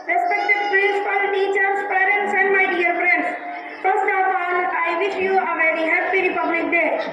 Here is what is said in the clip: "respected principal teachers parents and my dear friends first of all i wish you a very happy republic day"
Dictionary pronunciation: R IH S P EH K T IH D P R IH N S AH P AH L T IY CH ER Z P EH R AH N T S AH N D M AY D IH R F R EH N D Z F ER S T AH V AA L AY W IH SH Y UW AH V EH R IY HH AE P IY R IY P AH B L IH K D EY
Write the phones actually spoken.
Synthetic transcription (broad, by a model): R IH S P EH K T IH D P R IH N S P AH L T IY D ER S P EH R AH N T S AH N D M AY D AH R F R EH N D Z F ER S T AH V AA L AY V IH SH Y UW AH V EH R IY HH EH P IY R IY P AH B L IH K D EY